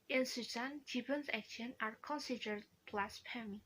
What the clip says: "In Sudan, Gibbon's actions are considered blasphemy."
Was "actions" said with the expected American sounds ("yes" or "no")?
no